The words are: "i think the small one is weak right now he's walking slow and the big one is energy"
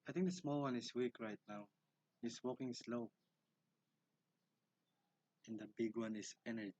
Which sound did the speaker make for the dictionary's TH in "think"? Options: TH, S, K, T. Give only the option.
T